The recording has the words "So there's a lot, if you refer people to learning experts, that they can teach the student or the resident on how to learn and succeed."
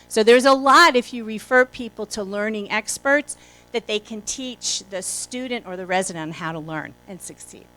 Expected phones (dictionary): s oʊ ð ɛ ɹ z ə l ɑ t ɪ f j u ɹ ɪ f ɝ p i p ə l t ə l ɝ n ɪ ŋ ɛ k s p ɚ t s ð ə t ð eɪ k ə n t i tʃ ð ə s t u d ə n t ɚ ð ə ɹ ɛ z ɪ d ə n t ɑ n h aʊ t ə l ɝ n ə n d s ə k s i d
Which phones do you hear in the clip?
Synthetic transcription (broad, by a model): s oʊ ð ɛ ɹ z ə l ɑ t ɪ f j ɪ ɹ ɪ f ɝ p i p l t ə l ɝ n ɪ ŋ ɛ k s p ɚ t s ð ə t ð eɪ k ə n t i tʃ ð ə s t u d n t ɚ ð ə ɹ ɛ z ɪ d ə n t h aʊ t ə l ɝ n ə n s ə k s i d